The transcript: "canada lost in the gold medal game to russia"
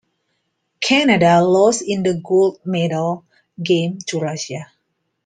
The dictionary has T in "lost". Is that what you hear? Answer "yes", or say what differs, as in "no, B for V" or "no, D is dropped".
no, T is dropped